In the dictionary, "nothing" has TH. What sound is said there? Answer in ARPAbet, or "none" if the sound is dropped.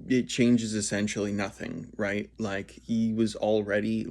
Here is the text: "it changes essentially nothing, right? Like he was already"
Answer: TH